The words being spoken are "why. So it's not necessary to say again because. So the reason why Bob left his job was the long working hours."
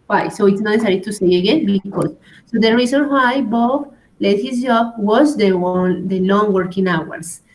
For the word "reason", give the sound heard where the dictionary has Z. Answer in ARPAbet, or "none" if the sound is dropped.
S